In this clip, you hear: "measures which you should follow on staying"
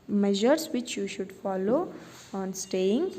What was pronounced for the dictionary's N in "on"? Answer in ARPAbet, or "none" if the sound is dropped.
N